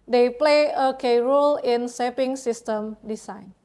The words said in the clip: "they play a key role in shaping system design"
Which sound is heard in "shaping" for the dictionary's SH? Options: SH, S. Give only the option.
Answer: S